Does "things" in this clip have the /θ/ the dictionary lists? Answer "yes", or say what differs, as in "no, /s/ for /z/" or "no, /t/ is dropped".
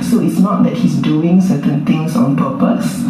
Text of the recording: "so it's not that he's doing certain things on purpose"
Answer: no, /t/ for /θ/